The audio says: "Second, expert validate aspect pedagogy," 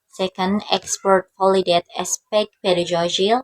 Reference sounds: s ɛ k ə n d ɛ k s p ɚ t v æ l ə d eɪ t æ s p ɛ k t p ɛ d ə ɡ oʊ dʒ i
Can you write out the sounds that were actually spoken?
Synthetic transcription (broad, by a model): s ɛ k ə n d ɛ k s p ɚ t f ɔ l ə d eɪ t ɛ s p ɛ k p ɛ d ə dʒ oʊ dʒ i